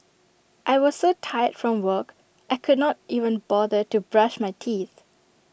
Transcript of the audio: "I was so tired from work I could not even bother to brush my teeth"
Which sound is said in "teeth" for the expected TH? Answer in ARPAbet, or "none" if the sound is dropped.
TH